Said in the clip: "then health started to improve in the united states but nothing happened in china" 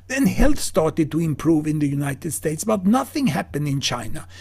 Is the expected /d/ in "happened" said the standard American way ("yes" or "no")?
yes